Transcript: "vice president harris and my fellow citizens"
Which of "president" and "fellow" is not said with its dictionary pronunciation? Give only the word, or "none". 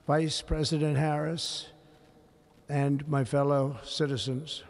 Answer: none